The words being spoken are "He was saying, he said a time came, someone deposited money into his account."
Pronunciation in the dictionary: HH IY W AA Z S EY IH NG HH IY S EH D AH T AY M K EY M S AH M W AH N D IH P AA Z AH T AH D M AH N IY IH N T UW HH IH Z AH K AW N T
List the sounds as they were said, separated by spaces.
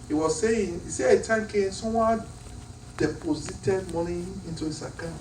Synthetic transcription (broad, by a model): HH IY W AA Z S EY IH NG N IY S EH AH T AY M K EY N S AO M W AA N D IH P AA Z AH T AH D M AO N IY IH N T UW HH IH S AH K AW